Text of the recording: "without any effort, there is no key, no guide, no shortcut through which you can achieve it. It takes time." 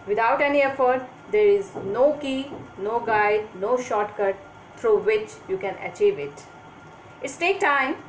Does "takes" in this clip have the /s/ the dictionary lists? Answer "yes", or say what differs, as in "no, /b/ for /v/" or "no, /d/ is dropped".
no, /s/ is dropped